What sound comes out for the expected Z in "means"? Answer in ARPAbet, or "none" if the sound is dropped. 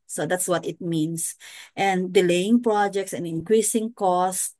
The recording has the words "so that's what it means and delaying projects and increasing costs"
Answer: S